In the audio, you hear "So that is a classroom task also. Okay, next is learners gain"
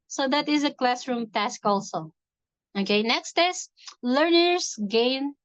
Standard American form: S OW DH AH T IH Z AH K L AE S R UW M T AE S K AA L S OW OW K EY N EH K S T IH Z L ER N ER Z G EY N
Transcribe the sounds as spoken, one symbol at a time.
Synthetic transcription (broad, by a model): S OW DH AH T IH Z AH K L AE S R UW M T AE S K AA L S OW OW K EY N EH K S T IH S L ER N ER S G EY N